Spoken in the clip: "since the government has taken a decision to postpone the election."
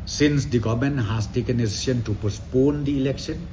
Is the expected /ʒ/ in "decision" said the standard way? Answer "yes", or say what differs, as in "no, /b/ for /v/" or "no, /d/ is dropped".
no, /ʃ/ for /ʒ/